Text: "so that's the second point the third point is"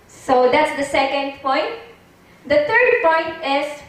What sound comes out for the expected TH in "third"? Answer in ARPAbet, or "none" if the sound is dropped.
T